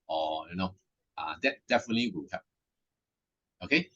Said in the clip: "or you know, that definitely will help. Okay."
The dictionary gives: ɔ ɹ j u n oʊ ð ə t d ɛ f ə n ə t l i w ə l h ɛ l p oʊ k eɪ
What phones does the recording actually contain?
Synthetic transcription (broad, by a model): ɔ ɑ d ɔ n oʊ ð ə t d ɛ f ə n ə t l i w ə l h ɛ p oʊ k eɪ